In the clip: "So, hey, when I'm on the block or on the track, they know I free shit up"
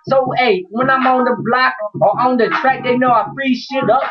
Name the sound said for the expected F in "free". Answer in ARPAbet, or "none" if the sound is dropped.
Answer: P